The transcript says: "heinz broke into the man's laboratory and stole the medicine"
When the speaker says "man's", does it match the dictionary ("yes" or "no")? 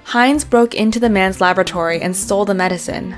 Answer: yes